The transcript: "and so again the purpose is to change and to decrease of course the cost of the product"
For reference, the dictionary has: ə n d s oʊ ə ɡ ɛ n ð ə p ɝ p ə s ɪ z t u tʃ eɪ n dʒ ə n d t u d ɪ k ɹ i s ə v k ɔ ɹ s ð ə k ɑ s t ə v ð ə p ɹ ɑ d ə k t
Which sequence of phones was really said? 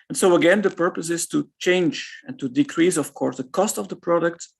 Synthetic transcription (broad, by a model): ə n s oʊ ə ɡ ɛ n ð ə p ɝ p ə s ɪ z t u tʃ eɪ n dʒ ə n t u d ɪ k ɹ i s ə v k ɔ ɹ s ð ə k ɑ s t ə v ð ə p ɹ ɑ d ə k t